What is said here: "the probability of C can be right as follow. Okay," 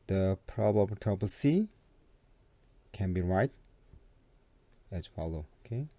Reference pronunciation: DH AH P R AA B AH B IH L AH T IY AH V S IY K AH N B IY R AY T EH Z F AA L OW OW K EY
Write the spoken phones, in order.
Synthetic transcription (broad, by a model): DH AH P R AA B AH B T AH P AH S IY K AH N B IY R AY T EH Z F AA L OW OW K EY